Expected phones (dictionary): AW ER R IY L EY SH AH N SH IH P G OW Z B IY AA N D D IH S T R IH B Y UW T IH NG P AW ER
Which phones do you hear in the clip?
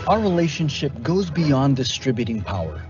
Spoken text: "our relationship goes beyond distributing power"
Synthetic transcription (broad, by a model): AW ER R IY L EY SH AH N SH IH P G OW Z B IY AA N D D IH S T R IH B Y UW T IH NG P AW ER